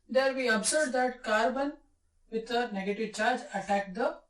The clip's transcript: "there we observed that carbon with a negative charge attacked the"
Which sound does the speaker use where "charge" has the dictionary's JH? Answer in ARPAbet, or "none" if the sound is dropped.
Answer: JH